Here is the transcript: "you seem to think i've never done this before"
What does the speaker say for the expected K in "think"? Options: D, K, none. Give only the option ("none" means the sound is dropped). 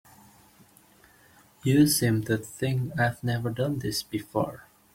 none